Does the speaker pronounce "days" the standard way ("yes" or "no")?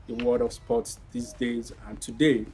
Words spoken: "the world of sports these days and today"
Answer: yes